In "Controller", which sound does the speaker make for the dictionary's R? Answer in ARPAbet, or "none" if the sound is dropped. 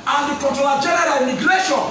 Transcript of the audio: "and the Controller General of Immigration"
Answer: none